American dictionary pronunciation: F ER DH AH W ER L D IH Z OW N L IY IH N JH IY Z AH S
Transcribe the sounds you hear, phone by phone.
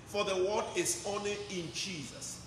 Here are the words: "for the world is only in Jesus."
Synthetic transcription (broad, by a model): F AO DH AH W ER D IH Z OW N L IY IH N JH IY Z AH S